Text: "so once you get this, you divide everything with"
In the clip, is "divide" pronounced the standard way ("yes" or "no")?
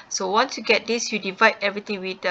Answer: yes